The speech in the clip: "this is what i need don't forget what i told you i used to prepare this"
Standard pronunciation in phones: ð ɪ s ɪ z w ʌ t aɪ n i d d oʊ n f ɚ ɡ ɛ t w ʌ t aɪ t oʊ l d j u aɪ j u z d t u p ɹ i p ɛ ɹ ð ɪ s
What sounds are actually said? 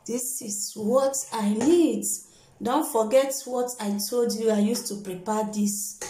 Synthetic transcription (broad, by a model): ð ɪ s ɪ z w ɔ t aɪ n i d d oʊ n f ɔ ɡ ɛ t w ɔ t aɪ t oʊ l d j u aɪ j u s t u p ɹ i p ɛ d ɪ s